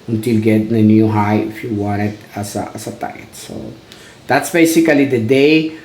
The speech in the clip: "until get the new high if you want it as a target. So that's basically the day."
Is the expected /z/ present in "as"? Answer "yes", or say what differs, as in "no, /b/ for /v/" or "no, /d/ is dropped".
no, /s/ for /z/